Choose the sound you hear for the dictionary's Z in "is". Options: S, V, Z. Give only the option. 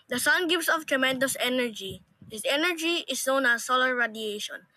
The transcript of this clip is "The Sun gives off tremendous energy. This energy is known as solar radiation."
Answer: S